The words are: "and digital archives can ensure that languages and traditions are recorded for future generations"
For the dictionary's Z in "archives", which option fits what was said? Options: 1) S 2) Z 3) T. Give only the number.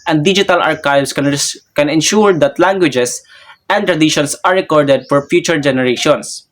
1